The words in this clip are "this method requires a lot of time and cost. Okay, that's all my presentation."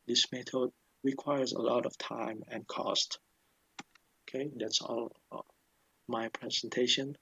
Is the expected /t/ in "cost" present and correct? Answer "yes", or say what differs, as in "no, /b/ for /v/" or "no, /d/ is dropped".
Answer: yes